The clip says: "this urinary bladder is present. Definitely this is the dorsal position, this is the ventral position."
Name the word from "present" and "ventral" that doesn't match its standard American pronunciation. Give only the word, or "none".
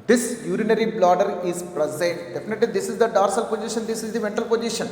ventral